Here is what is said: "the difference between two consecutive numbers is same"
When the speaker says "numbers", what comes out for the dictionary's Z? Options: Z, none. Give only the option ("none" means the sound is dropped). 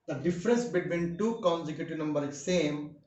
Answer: none